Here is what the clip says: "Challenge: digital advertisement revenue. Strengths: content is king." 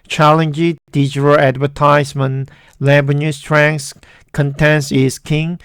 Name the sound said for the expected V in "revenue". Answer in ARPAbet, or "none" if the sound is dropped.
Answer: B